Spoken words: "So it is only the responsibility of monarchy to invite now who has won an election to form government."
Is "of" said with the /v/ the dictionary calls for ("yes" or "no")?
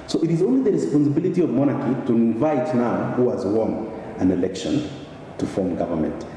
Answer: yes